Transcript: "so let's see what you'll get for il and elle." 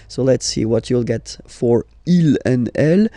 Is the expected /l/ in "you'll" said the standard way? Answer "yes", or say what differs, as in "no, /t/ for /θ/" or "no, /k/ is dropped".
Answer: yes